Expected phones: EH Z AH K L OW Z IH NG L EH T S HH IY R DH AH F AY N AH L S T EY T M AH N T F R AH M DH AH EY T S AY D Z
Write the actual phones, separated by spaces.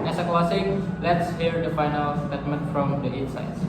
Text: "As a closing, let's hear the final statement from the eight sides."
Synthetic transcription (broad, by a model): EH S AH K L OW S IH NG L EH T S HH IY R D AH F AY N AH L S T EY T M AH N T F R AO M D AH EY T S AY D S